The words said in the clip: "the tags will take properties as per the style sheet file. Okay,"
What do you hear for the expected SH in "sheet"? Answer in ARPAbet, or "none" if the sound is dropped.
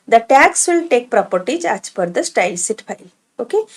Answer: S